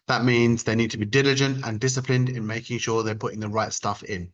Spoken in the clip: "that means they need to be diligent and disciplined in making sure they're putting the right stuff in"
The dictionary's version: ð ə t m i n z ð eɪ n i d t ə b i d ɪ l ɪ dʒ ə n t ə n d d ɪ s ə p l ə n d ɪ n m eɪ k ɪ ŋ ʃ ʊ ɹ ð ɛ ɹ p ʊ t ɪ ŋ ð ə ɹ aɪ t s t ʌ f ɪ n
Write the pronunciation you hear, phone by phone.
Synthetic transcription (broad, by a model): ð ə t m i n z ð eɪ n i d t ə b i d ɪ l ɪ dʒ ə n t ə n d d ɪ s ə p l ə n d ɪ n m eɪ k ɪ ŋ ʃ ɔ ð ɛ p ʊ t ɪ ŋ ð ə ɹ aɪ t s t ʌ f ɪ n